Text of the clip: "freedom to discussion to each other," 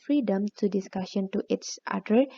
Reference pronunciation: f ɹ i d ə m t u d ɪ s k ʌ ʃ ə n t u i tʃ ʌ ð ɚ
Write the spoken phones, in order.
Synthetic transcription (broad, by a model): f ɹ i d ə m t u d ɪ s k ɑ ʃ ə n t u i s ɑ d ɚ